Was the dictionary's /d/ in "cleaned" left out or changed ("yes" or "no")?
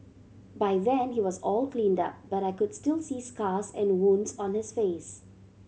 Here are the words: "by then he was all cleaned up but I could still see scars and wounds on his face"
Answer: no